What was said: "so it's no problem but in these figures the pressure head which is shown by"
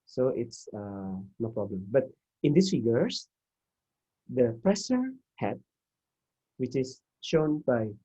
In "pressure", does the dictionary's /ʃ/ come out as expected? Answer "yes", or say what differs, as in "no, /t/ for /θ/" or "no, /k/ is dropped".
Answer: no, /s/ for /ʃ/